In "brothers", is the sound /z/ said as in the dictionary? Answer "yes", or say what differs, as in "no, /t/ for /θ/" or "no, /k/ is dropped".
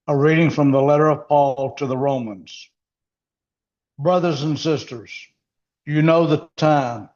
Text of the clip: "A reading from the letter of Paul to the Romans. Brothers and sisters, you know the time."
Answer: yes